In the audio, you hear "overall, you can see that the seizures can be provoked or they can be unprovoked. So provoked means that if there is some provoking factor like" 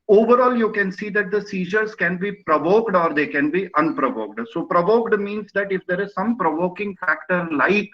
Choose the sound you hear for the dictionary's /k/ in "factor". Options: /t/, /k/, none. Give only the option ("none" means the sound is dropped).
/k/